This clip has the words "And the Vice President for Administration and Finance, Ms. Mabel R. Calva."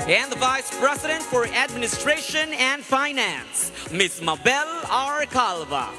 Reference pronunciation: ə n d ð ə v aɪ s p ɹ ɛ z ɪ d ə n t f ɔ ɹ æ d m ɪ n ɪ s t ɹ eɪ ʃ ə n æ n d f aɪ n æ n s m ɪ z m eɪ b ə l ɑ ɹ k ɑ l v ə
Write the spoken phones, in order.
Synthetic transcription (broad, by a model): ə n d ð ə v aɪ s p ɹ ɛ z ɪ d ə n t f ɔ ɹ æ d m ɪ n ɪ s t ɹ eɪ ʃ ə n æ n d f aɪ n æ n s m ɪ s m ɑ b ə l ɑ ɹ k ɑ l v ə